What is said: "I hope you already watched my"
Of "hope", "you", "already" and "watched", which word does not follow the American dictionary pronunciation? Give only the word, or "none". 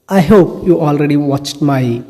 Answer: none